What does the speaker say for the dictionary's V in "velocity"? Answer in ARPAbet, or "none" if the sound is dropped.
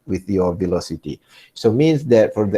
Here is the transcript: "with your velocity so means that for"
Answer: V